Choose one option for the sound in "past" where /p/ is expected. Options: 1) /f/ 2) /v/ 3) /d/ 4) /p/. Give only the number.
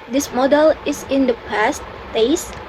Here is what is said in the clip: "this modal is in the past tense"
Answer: 4